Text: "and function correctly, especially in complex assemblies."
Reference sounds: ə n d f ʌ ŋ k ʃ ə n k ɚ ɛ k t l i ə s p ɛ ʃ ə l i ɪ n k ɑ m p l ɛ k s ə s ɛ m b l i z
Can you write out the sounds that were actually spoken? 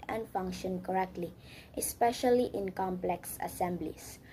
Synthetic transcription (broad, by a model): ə n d f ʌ ŋ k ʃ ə n k ɚ ɛ k t l i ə s p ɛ ʃ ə l i ɪ n k ɑ m p l ɛ k s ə s ɛ m b l i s